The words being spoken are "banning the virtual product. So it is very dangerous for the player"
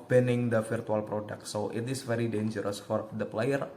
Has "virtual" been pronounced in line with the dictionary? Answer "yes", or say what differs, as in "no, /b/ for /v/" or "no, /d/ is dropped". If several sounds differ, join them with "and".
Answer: no, /f/ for /v/